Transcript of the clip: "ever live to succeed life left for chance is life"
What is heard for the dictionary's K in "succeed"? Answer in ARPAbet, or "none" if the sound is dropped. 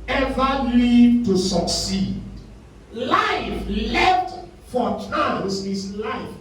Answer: K